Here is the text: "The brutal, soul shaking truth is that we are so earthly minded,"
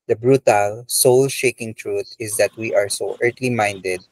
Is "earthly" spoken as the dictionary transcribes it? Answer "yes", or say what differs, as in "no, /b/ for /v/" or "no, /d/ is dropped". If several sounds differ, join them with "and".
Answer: no, /t/ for /θ/